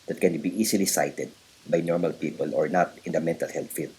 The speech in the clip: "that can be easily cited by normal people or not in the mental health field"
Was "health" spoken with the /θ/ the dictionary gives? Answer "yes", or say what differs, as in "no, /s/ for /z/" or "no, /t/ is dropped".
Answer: no, /t/ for /θ/